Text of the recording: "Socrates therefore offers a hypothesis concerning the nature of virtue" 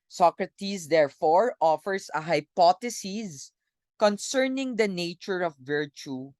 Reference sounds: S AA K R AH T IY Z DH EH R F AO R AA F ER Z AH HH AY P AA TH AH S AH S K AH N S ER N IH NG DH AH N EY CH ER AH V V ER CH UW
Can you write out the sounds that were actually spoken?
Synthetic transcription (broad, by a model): S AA K R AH T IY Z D EH R F AO R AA F ER S AH HH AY P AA T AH S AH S K AH N S ER N IH NG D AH N EY CH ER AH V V ER CH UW